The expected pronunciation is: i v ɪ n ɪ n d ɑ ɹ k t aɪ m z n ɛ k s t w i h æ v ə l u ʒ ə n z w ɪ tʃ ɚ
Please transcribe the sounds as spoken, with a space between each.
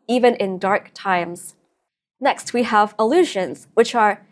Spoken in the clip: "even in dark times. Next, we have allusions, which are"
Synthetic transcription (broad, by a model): i v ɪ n ɪ n d ɑ ɹ k t aɪ m z n ɛ k s t w i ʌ v ə l u ʒ ə n z w ɪ tʃ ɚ